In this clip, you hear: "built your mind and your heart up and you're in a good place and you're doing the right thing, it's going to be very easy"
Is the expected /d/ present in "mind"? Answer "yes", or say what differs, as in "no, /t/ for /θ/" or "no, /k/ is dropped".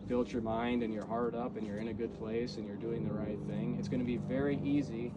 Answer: yes